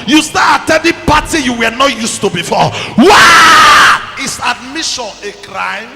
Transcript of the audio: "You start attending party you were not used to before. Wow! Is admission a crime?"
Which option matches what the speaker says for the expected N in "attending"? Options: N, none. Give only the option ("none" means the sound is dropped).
none